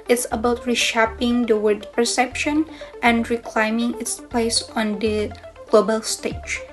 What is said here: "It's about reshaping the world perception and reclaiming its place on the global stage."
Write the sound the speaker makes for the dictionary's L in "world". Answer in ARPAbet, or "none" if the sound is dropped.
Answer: none